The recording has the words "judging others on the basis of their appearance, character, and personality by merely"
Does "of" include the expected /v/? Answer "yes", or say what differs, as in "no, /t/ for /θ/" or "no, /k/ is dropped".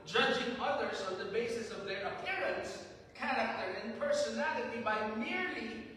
yes